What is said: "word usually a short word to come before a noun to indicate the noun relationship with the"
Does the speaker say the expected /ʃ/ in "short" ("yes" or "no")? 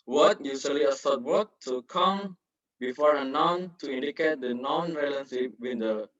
no